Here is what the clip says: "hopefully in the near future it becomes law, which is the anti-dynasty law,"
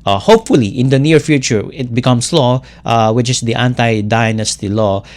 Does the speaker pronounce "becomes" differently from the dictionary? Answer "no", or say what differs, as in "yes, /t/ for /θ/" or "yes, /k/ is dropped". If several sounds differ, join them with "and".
yes, /s/ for /z/